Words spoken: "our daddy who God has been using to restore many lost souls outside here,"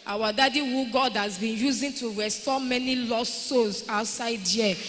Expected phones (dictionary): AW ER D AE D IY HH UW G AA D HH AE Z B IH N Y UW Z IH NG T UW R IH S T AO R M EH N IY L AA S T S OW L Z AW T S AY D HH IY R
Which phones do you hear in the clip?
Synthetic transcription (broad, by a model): AW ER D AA D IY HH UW G AA D HH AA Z B IH N Y UW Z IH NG T UW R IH S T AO M EH N IY L AA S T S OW Z AW T S AY D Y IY